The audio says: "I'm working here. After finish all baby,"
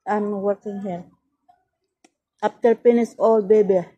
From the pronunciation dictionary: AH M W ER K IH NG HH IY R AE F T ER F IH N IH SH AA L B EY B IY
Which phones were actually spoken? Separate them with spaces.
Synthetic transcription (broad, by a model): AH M W ER K IH NG HH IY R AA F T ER P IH N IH S AA L B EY B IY